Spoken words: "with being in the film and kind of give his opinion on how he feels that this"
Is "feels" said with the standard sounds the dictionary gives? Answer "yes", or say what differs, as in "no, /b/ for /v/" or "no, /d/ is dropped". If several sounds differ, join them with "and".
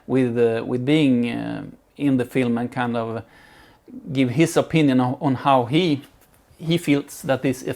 no, /s/ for /z/